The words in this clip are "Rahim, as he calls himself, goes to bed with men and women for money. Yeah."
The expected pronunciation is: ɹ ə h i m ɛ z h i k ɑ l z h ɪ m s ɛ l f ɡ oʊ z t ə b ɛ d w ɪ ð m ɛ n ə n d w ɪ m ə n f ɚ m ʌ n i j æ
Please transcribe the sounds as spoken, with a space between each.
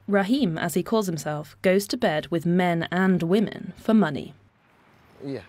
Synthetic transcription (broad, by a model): ɹ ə h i m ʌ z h i k ɑ l z h ɪ m s ɛ l f ɡ oʊ z t ə b ɛ d w ɪ ð m ɛ n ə n w ɪ m ə n f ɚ m ʌ n i